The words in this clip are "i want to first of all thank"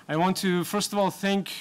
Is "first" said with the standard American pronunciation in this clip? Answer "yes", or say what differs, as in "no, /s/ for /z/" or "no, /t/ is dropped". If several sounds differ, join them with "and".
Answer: yes